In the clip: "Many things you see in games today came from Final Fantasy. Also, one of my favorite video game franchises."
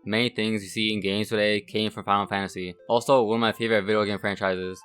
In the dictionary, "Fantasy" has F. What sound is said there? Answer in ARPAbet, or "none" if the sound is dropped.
F